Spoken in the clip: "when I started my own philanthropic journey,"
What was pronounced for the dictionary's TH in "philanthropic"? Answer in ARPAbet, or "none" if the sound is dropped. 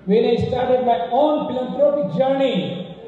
T